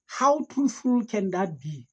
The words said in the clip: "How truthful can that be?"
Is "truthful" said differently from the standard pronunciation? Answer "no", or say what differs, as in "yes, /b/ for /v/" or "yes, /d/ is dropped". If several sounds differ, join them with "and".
yes, /ɹ/ is dropped